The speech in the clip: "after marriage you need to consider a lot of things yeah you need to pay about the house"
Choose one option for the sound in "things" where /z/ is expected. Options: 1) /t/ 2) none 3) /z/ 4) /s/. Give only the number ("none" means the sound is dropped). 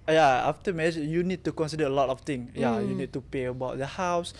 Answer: 2